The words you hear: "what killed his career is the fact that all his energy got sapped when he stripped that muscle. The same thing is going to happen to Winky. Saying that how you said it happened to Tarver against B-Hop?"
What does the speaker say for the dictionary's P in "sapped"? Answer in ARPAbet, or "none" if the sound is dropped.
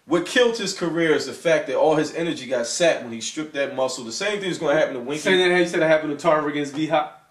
none